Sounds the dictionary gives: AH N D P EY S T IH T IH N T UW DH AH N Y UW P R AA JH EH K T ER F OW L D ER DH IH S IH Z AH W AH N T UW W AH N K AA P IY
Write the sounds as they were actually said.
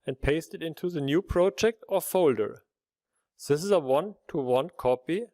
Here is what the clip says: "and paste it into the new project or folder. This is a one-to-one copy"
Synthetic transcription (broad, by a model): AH N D P EY S T IH T IH N T UW DH AH N Y UW P R AA JH EH K T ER F OW L D ER DH IH S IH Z AH W AH N T UW W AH N K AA P IY